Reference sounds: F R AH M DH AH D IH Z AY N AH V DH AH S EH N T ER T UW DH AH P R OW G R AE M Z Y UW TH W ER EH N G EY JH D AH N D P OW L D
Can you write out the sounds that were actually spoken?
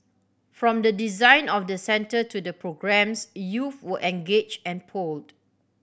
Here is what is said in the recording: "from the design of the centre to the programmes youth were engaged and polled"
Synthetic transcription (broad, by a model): F R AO M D AH D IH Z AY N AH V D AH S EH N T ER T UW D AH P R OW G R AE M S Y UW F W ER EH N G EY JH AH N P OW L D